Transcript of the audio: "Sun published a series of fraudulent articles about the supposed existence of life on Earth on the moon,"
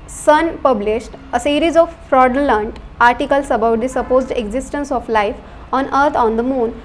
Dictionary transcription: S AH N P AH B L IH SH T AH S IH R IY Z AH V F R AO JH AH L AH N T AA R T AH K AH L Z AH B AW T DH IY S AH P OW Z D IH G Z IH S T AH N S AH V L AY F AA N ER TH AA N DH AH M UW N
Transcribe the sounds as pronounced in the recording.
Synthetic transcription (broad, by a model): S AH N P AH B L IH SH T AH S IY R IY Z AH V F R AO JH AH L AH N T AA R T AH K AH L S AH B AW T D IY S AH P OW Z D IH G Z IH S T AH N S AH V L AY F AA N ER T AA N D AH M UW N